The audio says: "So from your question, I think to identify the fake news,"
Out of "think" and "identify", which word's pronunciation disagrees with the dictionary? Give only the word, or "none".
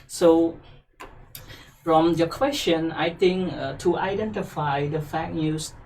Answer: think